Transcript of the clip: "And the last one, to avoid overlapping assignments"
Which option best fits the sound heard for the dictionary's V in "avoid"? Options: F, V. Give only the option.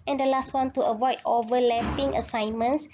V